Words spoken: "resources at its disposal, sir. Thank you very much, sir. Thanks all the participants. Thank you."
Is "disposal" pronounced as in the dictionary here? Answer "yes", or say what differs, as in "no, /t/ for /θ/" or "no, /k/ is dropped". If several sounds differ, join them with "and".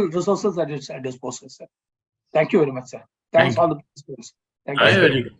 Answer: no, /s/ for /z/